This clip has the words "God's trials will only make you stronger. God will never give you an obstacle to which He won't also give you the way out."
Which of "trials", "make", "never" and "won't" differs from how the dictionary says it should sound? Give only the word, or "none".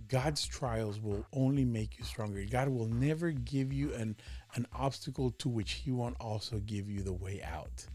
none